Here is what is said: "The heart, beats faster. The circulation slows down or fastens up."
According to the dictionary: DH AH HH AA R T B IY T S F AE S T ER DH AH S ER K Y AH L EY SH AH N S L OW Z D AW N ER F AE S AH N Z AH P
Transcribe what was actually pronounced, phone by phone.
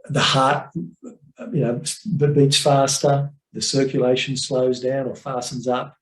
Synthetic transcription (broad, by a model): DH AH HH AA R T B IY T S F AE S T ER DH AH S ER K Y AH L EY SH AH N S L OW Z D AW N ER F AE S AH N Z AH P